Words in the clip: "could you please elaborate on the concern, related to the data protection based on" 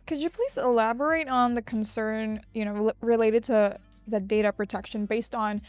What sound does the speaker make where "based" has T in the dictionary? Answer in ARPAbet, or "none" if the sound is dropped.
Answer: T